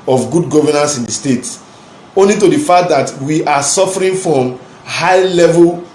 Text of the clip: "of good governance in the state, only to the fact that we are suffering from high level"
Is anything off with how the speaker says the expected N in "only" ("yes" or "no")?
no